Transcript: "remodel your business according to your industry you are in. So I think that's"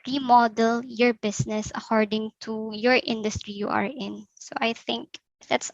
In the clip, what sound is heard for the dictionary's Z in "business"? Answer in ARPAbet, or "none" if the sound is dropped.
S